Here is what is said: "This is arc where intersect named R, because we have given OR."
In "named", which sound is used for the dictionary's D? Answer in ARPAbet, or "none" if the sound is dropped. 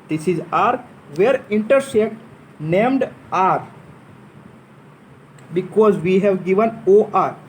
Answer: D